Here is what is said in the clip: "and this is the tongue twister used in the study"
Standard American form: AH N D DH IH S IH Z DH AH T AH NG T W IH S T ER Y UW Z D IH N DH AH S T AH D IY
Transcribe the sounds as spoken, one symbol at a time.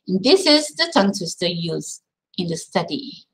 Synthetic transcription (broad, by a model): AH N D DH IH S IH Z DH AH T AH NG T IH S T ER Y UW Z IH N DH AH S T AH D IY